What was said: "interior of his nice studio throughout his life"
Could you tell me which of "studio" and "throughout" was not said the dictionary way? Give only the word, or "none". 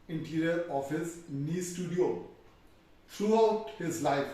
throughout